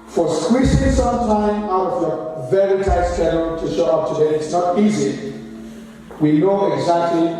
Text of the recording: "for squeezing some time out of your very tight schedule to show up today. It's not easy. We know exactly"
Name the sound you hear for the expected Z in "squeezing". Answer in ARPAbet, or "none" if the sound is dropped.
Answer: S